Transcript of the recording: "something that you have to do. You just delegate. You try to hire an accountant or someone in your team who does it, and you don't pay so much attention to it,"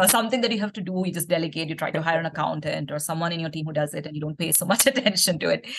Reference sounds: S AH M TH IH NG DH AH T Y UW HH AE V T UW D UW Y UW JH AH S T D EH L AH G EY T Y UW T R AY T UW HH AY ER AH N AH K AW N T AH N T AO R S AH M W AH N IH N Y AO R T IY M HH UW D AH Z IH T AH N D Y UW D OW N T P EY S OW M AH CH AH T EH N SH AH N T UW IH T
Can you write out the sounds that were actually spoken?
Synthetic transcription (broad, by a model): S AH M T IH NG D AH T Y UW HH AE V T UW D UW Y UW JH AH S T D EH L AH G EY T Y UW T R AY T UW HH AY ER AH N AH K AW N T AH N T AO R S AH M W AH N IH N Y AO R T IY M HH UW D AH Z IH T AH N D Y UW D OW N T P EY S OW M AH CH AH T EH N SH AH N T UW IH T